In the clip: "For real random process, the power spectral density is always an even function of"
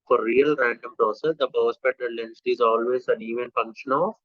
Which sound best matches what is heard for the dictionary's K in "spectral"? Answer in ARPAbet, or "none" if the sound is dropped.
none